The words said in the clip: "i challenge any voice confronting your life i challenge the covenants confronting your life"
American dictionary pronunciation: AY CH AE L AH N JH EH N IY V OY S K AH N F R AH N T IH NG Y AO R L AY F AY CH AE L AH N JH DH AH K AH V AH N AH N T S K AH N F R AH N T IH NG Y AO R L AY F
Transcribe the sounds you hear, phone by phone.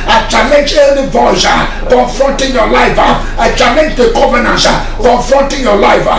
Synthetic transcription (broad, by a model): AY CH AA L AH N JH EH L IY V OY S K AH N F R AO N T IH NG Y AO L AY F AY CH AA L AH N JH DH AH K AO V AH N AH N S K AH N F R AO N T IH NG Y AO L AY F